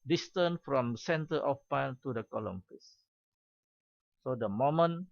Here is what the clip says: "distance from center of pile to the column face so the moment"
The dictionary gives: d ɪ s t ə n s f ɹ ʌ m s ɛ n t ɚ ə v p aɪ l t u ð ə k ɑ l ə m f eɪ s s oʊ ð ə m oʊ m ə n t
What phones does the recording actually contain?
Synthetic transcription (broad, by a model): d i s t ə n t f ɹ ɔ m s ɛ n t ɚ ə f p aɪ n t u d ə k ɑ l ə m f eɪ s s oʊ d ə m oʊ m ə n